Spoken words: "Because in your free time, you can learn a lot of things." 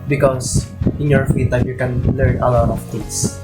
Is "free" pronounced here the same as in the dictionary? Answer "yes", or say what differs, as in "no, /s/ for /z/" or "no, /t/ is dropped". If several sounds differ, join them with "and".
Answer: no, /ɹ/ is dropped